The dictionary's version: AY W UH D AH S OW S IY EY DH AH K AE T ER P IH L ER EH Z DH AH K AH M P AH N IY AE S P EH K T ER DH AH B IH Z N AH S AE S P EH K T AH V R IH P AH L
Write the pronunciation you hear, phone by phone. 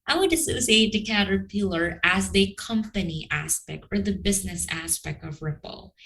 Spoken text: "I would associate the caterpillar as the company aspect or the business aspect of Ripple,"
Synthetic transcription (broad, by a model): AY W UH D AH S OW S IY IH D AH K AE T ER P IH L ER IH Z DH AH K AH M P AH N IY AE S P EH K T ER DH AH B IH Z N AH S AE S P EH K T AH V R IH P L